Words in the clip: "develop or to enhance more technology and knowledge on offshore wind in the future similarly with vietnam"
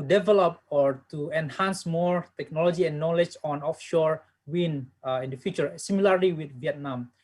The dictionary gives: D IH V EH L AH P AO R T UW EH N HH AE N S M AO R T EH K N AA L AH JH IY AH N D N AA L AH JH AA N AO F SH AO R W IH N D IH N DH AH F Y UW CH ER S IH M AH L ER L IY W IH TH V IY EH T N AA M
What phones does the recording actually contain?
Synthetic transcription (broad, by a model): D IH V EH L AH P AO R T UW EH N HH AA N S M AO R T EH K N AA L AH JH IY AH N N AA L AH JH AA N AO F SH AO R W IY N IH N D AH F Y UW CH ER S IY M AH L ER L IY W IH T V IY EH T N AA M